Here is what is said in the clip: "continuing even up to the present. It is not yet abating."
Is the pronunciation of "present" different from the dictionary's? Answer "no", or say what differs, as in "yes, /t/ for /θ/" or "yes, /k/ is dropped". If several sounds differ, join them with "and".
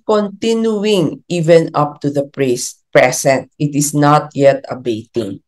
yes, /s/ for /z/